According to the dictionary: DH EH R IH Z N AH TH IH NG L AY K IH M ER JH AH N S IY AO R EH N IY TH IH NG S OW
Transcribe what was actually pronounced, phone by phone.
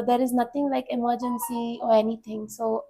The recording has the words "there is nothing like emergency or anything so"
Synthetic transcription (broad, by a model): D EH R IH Z N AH T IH NG L AY K IH M ER JH AH N S IY AO R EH N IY T IH NG S OW